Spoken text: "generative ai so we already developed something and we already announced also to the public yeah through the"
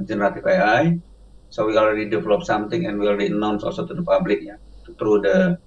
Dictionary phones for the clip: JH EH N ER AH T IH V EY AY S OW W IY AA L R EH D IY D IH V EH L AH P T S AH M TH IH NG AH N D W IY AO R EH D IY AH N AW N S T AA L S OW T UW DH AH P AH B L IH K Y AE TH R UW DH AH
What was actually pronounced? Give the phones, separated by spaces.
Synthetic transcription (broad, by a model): JH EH N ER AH T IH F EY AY S OW W IY AA L R EH D IY D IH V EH L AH P S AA M T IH NG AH N W IY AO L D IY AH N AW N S AA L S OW T UW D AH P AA B L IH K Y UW T R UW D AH